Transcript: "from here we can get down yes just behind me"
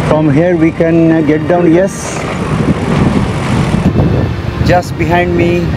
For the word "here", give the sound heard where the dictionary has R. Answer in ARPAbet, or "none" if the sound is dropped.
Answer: R